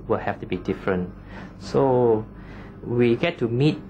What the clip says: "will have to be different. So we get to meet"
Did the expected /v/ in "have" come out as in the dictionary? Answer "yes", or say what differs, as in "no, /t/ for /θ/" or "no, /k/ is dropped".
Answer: no, /f/ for /v/